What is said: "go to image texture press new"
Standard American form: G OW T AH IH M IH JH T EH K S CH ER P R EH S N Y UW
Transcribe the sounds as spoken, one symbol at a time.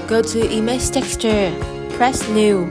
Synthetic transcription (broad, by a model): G OW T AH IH M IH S T EH K S CH ER P R EH S N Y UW